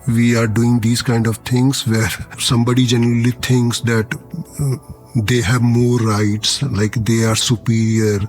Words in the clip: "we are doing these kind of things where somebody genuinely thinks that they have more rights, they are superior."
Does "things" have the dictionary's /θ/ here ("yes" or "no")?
no